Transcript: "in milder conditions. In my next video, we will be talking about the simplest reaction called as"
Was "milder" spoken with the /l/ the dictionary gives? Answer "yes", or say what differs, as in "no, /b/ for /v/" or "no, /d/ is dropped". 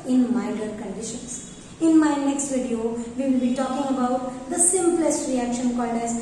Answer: no, /l/ is dropped